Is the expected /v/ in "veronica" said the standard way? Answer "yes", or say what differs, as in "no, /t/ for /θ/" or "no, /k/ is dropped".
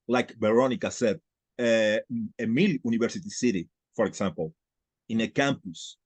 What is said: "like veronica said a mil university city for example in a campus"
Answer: no, /b/ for /v/